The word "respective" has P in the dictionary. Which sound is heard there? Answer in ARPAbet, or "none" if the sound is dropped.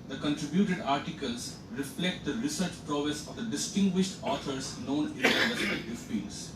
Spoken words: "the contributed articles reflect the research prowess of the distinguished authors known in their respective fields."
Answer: none